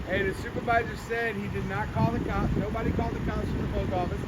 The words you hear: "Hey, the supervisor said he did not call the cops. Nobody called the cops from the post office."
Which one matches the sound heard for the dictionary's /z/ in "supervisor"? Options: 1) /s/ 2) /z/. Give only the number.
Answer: 2